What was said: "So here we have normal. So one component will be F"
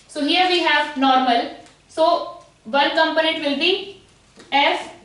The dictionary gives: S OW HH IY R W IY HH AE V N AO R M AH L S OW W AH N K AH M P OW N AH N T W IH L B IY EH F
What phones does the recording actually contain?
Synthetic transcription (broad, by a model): S OW HH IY R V IY HH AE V N AO R M AH L S OW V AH L K AH M P OW N AH N T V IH L B IY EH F